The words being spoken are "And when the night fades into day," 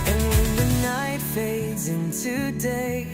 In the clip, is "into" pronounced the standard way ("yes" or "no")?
yes